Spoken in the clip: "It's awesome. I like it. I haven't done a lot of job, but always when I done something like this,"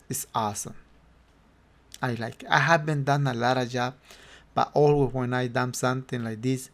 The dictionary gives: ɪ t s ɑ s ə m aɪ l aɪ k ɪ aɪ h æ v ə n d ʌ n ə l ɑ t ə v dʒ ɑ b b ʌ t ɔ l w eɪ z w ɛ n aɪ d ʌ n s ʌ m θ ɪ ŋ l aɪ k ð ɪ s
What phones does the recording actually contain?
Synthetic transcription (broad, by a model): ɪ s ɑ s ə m aɪ l aɪ k aɪ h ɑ b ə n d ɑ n ə l ɑ t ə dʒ ɑ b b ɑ t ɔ l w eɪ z w ɛ n aɪ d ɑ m s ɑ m t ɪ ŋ l aɪ k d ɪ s